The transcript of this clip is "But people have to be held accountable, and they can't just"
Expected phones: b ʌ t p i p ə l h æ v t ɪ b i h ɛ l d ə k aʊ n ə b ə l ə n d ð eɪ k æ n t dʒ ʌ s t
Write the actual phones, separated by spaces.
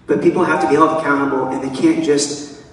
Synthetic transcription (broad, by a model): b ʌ t p i p l h æ f t ɪ b i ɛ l ə k aʊ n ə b l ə n ð eɪ k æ n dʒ ʌ s t